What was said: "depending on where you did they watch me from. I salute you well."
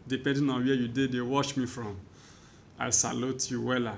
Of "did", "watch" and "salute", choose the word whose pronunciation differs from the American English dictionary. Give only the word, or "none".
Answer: watch